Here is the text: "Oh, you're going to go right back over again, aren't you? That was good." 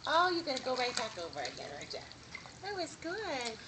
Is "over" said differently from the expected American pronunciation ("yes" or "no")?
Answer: no